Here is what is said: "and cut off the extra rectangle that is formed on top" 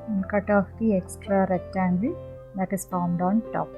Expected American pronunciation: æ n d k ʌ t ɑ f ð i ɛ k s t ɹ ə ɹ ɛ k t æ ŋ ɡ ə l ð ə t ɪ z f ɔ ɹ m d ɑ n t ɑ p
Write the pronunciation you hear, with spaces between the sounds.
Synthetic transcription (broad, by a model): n k ʌ t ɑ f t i ɛ k s t ɹ ə ɹ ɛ t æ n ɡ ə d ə t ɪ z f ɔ ɹ m d ɑ n t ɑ p